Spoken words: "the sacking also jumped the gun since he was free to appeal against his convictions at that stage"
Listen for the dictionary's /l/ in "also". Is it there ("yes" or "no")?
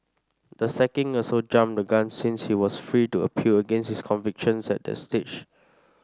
no